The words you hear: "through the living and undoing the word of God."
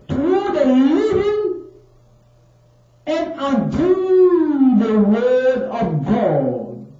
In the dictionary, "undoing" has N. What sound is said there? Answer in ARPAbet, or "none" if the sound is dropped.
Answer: none